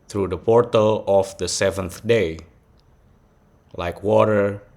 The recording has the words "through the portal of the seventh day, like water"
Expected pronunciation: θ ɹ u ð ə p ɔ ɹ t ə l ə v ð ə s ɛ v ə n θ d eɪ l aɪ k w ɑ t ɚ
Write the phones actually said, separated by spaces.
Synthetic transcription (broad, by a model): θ ɹ u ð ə p ɔ ɹ t ə l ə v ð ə s ɛ v ə n θ d eɪ l aɪ k w ɑ t ɚ